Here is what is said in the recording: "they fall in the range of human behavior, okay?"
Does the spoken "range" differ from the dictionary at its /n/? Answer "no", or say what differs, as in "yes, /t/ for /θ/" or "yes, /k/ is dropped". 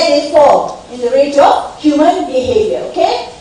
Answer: yes, /n/ is dropped